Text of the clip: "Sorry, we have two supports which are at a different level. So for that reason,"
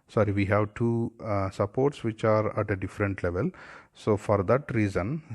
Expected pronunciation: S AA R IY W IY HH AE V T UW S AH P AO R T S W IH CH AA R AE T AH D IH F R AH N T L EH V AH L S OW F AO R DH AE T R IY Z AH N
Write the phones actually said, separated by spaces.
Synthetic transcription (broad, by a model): S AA R IY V IY HH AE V T UW S AH P AO R T S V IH CH AA R AE T AH D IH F R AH N T L EH V AH L S OW F AO R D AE T R IY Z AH N